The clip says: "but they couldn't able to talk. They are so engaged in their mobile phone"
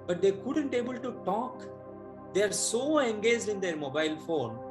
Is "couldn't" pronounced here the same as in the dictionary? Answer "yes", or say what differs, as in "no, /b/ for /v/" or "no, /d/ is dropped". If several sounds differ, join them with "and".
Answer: yes